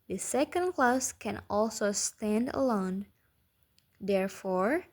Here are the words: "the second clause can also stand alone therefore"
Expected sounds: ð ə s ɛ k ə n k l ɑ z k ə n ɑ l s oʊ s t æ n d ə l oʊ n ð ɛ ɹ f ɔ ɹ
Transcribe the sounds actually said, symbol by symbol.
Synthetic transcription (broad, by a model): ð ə s ɛ k ə n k l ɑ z k ə n ɑ l s oʊ s t æ n d ə l oʊ n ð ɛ ɹ f ɔ ɹ